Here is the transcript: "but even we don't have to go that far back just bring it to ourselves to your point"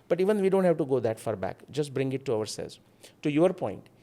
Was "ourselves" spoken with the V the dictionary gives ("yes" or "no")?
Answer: no